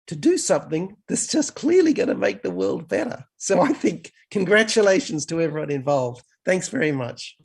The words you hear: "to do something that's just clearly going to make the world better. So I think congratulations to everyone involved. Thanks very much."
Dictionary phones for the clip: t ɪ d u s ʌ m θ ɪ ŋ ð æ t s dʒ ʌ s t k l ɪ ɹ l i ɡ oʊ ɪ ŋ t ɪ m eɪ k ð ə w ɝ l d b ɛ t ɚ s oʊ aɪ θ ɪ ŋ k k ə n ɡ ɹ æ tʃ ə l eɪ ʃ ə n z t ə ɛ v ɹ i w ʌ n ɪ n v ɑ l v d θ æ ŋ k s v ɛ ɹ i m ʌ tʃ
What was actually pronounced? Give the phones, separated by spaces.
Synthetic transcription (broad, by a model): t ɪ d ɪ s ʌ m θ ɪ ŋ ð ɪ t s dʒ ʌ s k l ɪ ɹ l i ɡ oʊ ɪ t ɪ m eɪ k ð ə w ɝ l d b ɛ t ɚ s oʊ aɪ θ ɪ ŋ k k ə n ɡ ɹ æ tʃ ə l eɪ ʃ n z t ə ɛ v ɹ i w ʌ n ɪ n v ɑ l v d θ æ ŋ k s v ɛ ɹ i m ʌ tʃ